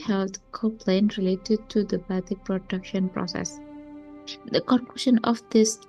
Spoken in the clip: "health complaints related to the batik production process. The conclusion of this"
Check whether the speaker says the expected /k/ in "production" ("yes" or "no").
yes